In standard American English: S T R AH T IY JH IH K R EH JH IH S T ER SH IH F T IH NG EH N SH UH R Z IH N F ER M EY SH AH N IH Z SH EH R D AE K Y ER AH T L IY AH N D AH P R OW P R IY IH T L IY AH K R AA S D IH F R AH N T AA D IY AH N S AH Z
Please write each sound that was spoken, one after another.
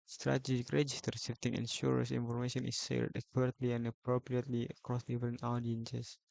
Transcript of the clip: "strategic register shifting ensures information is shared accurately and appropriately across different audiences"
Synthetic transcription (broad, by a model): S T R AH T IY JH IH K R EH JH IH S T ER S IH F T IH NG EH N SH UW R S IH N F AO M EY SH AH N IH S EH L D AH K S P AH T L IY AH N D AH P R OW P R IY IH T L IY AH K R AA S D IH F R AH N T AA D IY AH N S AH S